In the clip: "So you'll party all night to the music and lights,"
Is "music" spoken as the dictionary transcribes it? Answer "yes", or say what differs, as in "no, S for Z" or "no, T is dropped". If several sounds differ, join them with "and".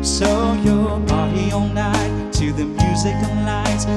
yes